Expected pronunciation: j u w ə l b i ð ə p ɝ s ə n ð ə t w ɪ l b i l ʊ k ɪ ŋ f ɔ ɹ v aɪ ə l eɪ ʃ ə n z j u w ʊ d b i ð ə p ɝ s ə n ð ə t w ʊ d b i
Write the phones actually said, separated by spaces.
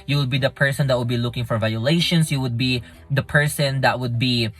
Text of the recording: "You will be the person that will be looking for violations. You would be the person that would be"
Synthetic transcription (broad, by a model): j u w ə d b i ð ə p ɝ s ə n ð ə t w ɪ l b i l ʊ k ɪ ŋ f ɔ ɹ v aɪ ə l eɪ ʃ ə n s j u w ʊ d b i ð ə p ɝ s ə n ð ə t w ʊ d b i